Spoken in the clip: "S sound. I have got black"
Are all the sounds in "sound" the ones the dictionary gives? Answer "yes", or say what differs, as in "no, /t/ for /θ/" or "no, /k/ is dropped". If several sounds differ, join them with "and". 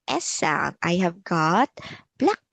no, /d/ is dropped